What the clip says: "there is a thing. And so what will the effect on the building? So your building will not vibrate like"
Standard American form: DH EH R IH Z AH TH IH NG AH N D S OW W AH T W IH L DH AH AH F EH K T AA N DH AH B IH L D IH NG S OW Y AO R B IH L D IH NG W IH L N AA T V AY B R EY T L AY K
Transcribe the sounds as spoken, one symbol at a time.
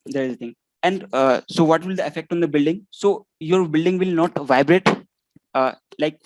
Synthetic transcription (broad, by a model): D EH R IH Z AH T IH NG AH N D S OW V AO T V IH L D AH AH F EH K T AA N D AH B IH L D IH NG S OW Y AO R B IH L D IH NG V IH L N AA T V AY B R EY T L AY K